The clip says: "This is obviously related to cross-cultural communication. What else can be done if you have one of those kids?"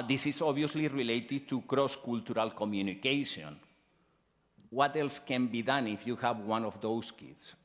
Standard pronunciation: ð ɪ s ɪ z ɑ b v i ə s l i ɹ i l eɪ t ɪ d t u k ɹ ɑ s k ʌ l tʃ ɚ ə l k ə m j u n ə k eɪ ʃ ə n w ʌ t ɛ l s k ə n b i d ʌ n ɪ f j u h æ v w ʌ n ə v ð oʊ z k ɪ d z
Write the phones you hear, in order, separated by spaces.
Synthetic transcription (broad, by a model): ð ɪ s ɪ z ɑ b i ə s l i ɹ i l eɪ t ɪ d t u k ɹ ɑ s k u l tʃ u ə l k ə m j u n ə k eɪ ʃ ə n w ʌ t ɛ l s k ə n b i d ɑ n ɪ f j u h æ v w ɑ n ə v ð oʊ s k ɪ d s